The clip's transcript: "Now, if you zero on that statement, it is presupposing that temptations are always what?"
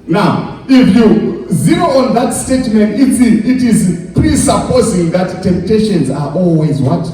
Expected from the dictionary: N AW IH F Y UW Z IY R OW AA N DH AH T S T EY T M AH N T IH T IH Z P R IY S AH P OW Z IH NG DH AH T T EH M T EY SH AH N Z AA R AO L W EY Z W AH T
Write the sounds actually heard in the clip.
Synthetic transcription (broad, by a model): N AW IH F Y UW Z IY R OW AA N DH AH T S T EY T M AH N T IH T IH Z P R IY S AH P OW Z IH NG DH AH T T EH M T EY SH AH N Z AA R AO L W EY Z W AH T